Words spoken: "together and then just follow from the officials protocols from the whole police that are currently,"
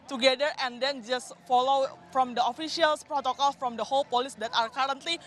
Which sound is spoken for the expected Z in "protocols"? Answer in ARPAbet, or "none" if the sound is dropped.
none